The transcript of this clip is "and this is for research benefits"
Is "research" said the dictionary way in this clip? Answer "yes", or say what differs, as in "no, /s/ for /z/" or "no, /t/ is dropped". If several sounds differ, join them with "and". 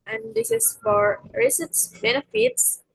no, /s/ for /tʃ/